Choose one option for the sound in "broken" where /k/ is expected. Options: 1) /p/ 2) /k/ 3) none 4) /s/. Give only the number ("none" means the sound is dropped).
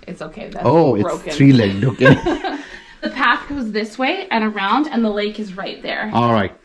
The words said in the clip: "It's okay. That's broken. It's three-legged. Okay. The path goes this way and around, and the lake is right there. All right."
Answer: 3